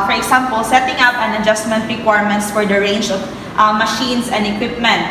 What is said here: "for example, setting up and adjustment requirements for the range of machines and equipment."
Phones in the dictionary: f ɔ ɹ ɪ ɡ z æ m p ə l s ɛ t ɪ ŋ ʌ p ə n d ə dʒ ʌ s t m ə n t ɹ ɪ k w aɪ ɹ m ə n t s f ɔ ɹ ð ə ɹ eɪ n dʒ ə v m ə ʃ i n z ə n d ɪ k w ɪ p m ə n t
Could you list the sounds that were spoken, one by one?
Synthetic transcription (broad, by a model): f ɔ ɹ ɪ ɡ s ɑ m p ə l s ɛ t ɪ ŋ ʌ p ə n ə dʒ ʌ s t m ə n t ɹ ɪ k w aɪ ɹ m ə n t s f ɔ ɹ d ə ɹ eɪ n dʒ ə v m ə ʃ i n s ə n d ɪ k w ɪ p m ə n t